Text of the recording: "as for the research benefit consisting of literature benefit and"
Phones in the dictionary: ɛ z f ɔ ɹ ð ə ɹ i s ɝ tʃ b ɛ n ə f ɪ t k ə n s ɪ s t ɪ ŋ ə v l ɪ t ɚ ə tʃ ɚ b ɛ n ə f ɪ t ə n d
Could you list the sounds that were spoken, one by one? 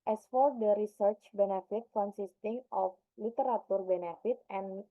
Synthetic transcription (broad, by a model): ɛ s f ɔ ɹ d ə ɹ i s ɝ tʃ b ɛ n ə f ɪ t k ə n s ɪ s t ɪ ŋ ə f l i t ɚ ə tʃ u b ɛ n ə f ɪ t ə n